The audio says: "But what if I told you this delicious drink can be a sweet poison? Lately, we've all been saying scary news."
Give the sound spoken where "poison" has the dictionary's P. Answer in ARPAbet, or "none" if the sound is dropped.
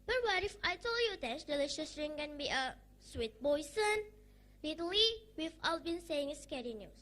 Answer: B